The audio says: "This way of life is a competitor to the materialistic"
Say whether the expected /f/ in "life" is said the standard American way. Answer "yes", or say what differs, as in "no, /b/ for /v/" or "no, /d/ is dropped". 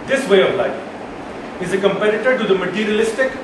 no, /f/ is dropped